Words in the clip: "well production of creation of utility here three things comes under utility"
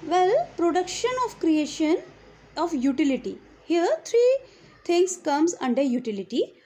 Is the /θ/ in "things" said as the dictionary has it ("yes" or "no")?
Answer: no